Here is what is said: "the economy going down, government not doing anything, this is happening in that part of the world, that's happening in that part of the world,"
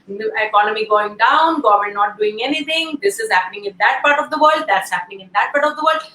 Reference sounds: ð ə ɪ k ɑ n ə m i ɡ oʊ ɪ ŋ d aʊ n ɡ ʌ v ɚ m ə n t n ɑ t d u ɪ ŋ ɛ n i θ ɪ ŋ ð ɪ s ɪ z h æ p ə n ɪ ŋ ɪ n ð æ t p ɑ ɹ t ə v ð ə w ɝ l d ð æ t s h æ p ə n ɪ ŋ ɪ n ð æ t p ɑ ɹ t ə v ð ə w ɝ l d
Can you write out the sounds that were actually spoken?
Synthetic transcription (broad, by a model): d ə ɪ k ɑ n ə m i ɡ oʊ ɪ ŋ d aʊ n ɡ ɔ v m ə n n ɑ t d u ɪ ŋ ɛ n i t ɪ ŋ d ɪ s ɪ z h æ p ə n ɪ ŋ ɪ n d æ t p ɑ ɹ t ə v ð ə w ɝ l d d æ t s h æ p ə n ɪ ŋ ɪ n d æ t p ɑ ɹ t ə v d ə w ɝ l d